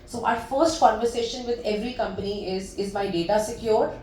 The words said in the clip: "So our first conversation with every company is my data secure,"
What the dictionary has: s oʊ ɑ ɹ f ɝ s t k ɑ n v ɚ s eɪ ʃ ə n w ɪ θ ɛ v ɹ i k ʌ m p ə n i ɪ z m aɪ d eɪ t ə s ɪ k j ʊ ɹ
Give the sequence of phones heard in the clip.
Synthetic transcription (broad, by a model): s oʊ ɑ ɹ f ɝ s t k ɑ n v ɚ s eɪ ʃ ə n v ɪ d ɛ v ɹ i k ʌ m p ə n i ɪ z m aɪ d eɪ t ə s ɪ k j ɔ ɹ